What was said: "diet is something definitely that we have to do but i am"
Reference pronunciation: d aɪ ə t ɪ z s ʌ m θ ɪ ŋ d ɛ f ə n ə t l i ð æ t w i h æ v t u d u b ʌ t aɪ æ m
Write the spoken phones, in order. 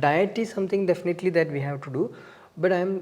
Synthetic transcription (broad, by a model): d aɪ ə t ɪ z s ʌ m t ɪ ŋ d ɛ f ə n ə t l i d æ t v i h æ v t u d u b ʌ t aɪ m